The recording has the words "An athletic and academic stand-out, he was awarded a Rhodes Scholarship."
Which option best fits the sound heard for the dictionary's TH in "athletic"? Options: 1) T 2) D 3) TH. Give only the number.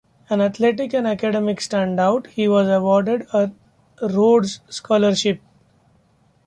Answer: 1